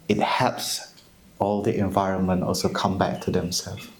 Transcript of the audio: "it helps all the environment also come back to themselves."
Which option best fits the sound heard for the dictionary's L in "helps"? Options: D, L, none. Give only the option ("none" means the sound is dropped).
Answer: none